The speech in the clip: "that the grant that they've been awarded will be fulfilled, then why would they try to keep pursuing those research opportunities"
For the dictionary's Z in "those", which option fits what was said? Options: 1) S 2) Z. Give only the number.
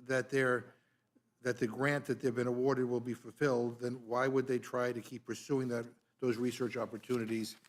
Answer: 2